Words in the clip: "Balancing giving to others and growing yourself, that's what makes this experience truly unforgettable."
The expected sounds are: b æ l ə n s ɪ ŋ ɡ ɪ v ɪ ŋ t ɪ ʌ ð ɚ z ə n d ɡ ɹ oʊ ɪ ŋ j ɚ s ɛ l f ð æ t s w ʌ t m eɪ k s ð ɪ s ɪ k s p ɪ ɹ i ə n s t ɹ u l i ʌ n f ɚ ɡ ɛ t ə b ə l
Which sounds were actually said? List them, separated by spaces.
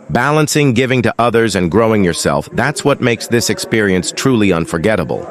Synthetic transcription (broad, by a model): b æ l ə n s ɪ ŋ ɡ ɪ v ɪ ŋ t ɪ ʌ ð ɚ z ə n ɡ ɹ oʊ ɪ ŋ j ɚ s ɛ l f ð æ t s w ʌ t m eɪ k s ð ɪ s ɪ k s p ɪ ɹ i ə n s t ɹ u l i ʌ n f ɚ ɡ ɛ t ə b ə l